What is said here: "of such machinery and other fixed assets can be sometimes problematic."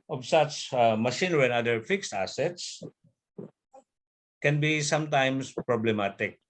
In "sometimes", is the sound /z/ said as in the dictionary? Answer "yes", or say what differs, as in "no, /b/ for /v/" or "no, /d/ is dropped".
no, /s/ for /z/